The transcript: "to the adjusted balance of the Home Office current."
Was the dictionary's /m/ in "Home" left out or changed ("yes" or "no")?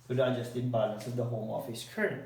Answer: no